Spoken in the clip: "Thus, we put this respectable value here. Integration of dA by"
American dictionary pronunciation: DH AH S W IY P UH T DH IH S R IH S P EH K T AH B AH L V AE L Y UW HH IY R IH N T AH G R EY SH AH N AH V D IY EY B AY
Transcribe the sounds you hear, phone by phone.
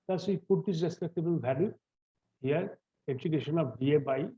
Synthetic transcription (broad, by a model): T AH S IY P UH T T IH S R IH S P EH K T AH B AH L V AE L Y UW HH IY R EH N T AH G EY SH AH N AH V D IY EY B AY